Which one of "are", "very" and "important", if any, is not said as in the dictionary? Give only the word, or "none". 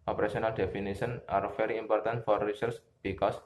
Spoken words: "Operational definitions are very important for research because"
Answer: very